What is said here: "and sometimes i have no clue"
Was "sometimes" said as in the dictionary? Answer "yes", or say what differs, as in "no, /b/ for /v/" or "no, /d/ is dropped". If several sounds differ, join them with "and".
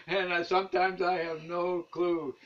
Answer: yes